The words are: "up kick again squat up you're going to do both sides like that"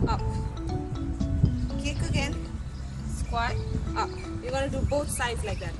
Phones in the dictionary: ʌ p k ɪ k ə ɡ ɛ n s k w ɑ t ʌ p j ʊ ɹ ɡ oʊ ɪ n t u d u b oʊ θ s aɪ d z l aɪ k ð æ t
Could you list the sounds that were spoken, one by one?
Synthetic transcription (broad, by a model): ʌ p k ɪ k ə ɡ ɛ n s k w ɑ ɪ ʌ p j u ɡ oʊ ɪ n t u d u b oʊ t s aɪ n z l aɪ k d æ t